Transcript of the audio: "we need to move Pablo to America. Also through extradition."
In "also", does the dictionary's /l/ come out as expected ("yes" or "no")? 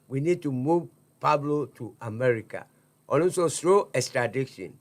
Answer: no